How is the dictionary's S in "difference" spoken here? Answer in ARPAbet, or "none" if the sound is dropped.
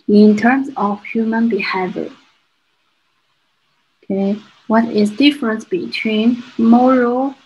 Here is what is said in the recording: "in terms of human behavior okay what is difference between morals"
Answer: S